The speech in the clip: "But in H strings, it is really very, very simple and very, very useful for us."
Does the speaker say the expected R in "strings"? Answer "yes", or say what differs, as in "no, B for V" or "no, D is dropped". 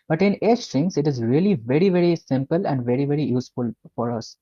no, R is dropped